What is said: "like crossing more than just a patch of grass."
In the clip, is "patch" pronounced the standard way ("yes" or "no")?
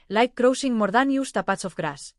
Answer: no